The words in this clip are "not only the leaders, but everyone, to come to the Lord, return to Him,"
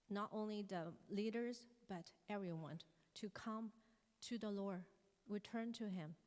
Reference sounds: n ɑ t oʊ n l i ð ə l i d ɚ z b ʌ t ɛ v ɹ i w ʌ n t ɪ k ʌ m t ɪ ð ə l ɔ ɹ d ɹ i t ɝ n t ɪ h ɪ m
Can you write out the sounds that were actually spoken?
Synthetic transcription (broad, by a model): n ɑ t oʊ n l i ð ə l i d ɚ z b ʌ t ɛ v ɹ i w ʌ n t ɪ k ʌ m t ɪ ð ə l ɔ ɹ d ɹ i t ɝ n t ɪ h ɪ m